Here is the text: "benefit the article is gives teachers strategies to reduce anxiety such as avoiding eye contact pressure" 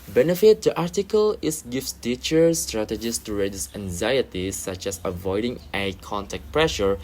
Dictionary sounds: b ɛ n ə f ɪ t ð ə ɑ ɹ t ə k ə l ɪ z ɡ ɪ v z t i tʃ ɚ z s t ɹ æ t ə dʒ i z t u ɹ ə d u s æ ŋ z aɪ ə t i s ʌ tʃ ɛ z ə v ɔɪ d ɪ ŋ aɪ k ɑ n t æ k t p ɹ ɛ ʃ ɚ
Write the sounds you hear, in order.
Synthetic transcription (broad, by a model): b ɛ n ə f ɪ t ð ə ɑ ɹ t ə k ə l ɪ s ɡ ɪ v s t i tʃ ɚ s t ɹ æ t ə dʒ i s t u ɹ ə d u s æ ŋ z aɪ ə t i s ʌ tʃ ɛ s ə v ɔɪ d ɪ ŋ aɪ k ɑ n t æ k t p ɹ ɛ ʃ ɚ